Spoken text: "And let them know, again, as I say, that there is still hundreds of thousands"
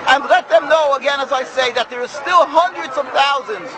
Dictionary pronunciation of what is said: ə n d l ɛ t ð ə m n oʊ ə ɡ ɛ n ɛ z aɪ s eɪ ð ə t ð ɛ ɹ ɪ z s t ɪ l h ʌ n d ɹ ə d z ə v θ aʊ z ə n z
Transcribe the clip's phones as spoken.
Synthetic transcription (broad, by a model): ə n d l ɛ t ð ə m n oʊ ə ɡ ɛ n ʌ z aɪ s eɪ ð ə t ð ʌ ɹ s t ɪ l h ʌ n d ɹ ə d z ə v θ aʊ z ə n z